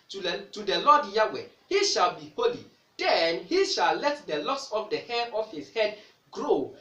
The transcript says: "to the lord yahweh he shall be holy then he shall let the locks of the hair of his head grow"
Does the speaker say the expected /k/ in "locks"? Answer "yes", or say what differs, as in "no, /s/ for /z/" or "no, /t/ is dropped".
no, /k/ is dropped